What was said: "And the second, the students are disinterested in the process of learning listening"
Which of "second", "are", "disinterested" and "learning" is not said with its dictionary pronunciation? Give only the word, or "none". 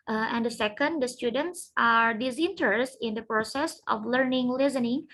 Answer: disinterested